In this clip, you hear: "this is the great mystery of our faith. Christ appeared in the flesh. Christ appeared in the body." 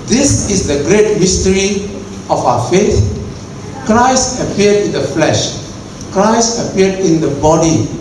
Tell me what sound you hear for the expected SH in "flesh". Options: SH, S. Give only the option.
SH